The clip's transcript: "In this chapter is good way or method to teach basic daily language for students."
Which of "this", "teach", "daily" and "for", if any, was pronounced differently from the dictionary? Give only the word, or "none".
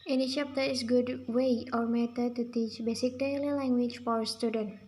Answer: this